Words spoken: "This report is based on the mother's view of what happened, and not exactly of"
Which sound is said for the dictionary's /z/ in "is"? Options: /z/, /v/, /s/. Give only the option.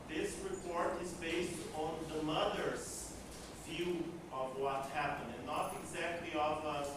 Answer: /z/